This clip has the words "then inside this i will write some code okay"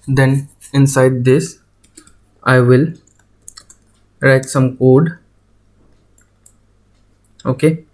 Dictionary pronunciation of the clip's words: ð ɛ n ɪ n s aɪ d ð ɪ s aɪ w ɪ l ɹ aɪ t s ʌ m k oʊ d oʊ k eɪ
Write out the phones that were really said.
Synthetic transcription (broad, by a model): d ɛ n ɪ n s aɪ d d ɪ s aɪ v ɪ l ɹ aɪ t s ʌ m k oʊ d oʊ k eɪ